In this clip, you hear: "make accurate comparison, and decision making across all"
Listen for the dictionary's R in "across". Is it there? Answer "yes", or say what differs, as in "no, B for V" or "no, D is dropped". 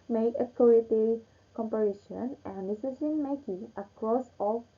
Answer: yes